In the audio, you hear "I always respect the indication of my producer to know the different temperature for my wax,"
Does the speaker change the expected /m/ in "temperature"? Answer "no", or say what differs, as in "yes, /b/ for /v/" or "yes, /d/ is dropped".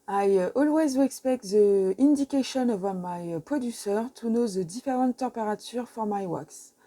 yes, /m/ is dropped